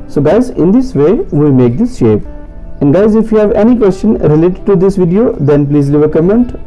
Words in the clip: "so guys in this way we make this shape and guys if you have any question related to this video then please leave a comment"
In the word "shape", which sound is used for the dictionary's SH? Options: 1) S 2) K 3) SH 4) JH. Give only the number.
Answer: 3